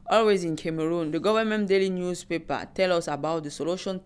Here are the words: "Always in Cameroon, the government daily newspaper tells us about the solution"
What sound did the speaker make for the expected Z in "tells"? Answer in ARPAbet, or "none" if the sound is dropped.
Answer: none